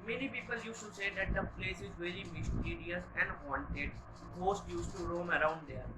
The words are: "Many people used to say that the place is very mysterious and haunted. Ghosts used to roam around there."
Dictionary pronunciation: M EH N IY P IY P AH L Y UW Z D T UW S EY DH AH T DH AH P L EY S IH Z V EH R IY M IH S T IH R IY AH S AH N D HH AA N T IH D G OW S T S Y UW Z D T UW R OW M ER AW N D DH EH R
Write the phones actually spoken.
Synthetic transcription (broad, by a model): M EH N IY P IY P AH L Y UW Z T UW S EY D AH T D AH P L EY S IH Z V EH R IY M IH S T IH R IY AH S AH N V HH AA N T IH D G OW S T Y UW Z T UW R OW M ER AW N D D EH R